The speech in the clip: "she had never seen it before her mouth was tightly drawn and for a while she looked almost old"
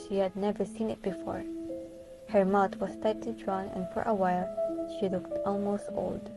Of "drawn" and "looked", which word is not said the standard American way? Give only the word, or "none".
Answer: none